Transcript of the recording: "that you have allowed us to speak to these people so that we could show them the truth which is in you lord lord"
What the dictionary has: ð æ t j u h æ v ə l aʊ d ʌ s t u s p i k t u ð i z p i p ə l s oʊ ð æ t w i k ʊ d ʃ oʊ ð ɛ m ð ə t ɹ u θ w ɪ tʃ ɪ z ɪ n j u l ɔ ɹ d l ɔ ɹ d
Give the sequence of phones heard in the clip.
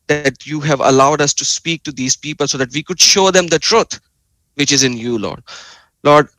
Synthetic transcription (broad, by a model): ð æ t j u h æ v ə l aʊ d ʌ s t u s p i k t u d i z p i p ə l s oʊ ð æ t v i k ʊ d ʃ oʊ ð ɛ m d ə t ɹ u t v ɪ tʃ ɪ z ɪ n j u l ɔ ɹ d l ɔ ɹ d